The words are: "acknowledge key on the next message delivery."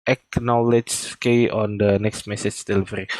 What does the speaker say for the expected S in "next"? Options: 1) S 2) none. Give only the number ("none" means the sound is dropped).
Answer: 1